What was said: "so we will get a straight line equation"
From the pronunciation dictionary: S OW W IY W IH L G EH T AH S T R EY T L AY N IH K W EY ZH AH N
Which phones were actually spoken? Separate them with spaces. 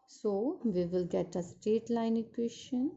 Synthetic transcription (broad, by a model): S OW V IY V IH L G EH T AH S T EY T L AY N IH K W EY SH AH N